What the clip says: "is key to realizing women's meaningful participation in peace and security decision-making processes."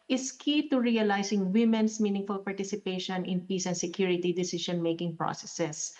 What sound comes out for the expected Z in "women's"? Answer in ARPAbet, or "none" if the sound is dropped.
S